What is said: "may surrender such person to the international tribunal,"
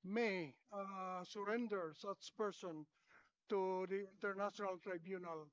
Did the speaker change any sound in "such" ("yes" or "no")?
yes